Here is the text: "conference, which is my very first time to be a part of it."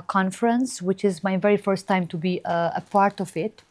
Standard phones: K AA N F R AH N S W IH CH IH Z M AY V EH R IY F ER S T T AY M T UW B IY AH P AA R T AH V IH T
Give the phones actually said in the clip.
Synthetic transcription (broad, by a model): K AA N F R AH N S W IH CH IH Z M AY V EH R IY F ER S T T AY M T UW B IY AH P AA R T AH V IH T